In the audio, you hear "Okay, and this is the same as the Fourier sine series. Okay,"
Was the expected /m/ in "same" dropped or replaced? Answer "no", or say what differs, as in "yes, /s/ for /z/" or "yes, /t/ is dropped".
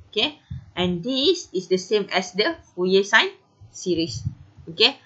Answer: no